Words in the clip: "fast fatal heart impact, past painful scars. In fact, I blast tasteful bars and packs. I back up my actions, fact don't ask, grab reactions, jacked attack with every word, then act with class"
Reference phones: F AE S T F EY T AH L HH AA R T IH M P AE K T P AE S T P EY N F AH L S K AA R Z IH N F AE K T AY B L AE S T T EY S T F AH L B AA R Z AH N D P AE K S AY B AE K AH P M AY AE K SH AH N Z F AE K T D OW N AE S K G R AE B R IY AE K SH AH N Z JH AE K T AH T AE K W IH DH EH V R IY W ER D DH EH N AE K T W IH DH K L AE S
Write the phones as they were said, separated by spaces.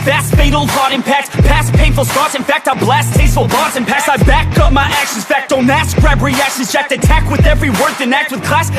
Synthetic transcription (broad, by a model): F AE S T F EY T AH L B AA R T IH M P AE K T P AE S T P EY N F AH L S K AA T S IH N F AE K T AY B L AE S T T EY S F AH L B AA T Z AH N P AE K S AY B AE K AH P M AY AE K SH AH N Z F AE K T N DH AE S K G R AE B R IY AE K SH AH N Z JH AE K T AH T AE K W IH DH EH V R IY W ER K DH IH N AE K T W IH DH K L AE S